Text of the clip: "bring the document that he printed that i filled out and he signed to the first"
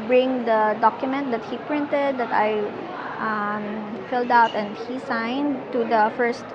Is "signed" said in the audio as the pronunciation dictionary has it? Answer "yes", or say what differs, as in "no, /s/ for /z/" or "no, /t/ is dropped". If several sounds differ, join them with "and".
yes